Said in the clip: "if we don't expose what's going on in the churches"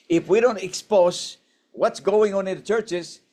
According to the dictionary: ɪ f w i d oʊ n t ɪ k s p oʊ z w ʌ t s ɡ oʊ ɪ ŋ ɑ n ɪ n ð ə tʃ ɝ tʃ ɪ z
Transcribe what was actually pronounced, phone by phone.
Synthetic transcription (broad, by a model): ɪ f w i d oʊ n t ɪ k s p oʊ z w ʌ t s ɡ oʊ ɪ ŋ ɑ n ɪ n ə tʃ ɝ tʃ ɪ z